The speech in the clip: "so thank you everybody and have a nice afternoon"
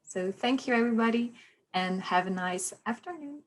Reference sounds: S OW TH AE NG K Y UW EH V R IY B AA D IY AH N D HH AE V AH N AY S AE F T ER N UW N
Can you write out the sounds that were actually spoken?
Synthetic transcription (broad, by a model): S OW TH AE NG K Y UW EH V R IY B AA D IY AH N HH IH V AH N AY S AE F T ER N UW N